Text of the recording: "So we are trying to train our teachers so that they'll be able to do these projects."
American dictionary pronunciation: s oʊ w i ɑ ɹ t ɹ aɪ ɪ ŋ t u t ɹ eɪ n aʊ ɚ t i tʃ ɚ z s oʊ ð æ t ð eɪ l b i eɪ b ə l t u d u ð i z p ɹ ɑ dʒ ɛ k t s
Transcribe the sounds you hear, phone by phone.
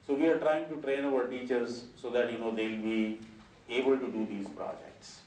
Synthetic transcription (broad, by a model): s oʊ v i ɑ ɹ t ɹ aɪ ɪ ŋ t u t ɹ eɪ n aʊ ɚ t i tʃ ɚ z s oʊ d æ t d eɪ l b i eɪ b ə l t u d u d i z p ɹ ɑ dʒ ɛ k t s